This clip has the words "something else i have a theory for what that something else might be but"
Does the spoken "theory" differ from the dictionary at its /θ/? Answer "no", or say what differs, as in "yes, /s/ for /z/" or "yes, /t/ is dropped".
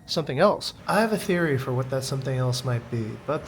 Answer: no